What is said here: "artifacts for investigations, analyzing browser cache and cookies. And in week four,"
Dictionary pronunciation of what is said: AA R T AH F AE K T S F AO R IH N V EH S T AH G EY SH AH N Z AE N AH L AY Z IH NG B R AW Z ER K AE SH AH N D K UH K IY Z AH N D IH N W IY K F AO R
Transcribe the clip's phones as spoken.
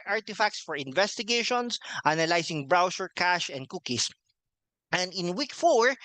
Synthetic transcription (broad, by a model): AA R T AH F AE K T S F AO R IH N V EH S T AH G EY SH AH N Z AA N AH L AY S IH NG B R AW S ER K AE SH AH N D K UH K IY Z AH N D IH N W IY K F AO R